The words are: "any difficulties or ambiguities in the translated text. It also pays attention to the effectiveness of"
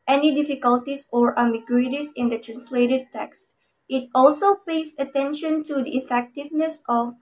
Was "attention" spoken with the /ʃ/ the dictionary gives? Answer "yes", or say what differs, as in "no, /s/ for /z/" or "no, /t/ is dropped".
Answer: yes